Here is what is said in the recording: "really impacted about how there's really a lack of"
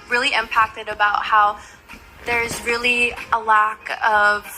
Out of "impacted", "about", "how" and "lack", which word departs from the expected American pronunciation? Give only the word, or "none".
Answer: none